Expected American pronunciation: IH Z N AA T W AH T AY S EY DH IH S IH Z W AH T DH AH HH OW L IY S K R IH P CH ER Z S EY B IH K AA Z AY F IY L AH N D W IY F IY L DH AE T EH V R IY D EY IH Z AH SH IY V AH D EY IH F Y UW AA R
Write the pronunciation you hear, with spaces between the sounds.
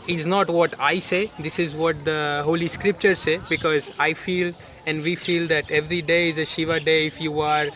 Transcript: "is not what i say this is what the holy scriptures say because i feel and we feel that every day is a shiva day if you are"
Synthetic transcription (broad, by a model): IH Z N AA T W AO T AY S EY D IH S IH Z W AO T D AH HH OW L IY S K R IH P CH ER S EY B IH K AA Z AY F IY L AH N D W IY F IY L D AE T EH V R IY D EY IH Z AH SH IY V AH D EY IH F Y UW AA R